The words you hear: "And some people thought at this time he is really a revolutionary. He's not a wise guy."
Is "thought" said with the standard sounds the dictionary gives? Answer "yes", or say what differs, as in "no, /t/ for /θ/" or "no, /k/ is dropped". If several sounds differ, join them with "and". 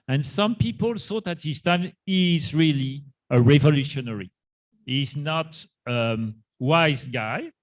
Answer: no, /s/ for /θ/